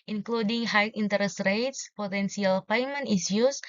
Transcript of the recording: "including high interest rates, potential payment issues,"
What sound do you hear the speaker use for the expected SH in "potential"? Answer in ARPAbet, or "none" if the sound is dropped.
S